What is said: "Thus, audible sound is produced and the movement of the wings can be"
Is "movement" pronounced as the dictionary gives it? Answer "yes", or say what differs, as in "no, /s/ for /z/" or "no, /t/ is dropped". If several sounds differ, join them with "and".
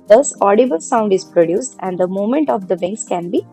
no, /v/ is dropped